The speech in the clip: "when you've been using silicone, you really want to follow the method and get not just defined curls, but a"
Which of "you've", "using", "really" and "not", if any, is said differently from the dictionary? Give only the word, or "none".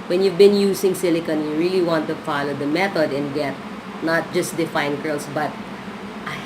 using